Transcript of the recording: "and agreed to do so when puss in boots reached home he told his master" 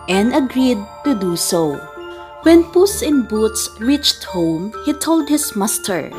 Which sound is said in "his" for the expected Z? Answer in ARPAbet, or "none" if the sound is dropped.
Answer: S